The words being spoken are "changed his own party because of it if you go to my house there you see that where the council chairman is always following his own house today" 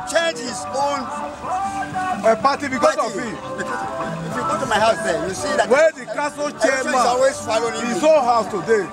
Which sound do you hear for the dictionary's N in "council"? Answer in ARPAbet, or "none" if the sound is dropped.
none